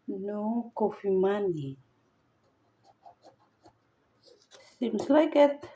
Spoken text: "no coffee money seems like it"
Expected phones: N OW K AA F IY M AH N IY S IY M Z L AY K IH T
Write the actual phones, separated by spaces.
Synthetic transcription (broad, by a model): N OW K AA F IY M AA N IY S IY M S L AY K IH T